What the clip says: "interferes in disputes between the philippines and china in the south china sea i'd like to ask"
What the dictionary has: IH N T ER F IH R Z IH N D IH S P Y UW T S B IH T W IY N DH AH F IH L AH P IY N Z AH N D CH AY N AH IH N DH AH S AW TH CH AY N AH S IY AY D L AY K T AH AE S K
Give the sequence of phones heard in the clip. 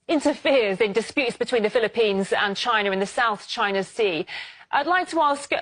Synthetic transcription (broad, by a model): IH N T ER F IH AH Z IH N D IH S P Y UW T S B IH T W IY N DH AH F IH L AH P IY N Z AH N CH AY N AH IH N DH AH S AW TH CH AY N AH S IY AY D L AY K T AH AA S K